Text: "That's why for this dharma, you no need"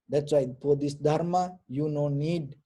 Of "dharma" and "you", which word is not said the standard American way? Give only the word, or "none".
none